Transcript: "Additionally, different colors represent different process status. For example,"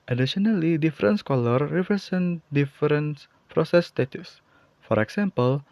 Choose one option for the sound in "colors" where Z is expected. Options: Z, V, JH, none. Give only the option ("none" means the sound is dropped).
none